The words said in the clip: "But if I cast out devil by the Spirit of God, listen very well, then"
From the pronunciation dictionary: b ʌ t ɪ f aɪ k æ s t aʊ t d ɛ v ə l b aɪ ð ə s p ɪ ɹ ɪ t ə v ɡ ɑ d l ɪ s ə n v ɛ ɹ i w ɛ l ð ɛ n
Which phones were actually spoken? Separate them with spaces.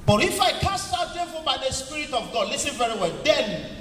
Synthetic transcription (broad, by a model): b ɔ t ɪ f aɪ k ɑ s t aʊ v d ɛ f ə b aɪ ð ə s p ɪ ɹ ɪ t ə v ɡ ɑ d l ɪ s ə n v ɛ ɹ i w ɛ l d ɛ n